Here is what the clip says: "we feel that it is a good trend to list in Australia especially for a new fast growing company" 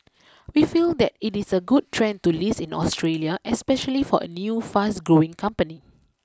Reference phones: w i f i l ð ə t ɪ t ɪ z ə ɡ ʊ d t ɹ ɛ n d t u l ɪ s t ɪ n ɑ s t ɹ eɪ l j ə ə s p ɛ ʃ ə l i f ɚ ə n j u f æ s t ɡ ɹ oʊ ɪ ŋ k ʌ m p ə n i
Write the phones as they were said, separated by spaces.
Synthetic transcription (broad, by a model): w i f i l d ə t ɪ t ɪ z ə ɡ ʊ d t ɹ ɛ n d t u l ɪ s ɪ n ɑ s t ɹ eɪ l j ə ə s p ɛ ʃ ə l i f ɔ ə n j u f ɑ s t ɡ ɹ oʊ ɪ ŋ k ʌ m p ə n i